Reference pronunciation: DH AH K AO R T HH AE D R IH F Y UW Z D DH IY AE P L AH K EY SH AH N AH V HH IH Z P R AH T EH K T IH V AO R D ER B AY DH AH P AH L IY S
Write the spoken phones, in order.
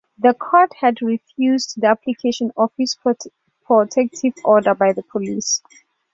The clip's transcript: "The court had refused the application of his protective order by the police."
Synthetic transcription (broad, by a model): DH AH K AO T HH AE D R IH F Y UW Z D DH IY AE P L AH K EY SH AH N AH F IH S P R AH T EH K T IH V AO D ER B AY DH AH P AH L IY S